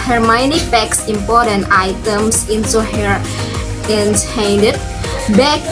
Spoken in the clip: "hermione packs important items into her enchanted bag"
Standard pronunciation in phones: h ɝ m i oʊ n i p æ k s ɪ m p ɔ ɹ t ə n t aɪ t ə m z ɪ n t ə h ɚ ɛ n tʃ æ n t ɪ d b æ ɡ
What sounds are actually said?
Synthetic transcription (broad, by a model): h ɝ m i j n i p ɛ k s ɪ m p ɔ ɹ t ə n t aɪ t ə m s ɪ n s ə h ɚ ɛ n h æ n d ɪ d b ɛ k